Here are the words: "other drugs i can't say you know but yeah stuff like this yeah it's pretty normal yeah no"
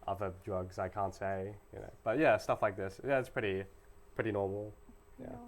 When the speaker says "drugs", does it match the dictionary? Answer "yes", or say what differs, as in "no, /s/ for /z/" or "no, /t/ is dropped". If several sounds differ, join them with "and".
yes